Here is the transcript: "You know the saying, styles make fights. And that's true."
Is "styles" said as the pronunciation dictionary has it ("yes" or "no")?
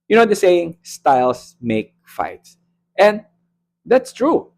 no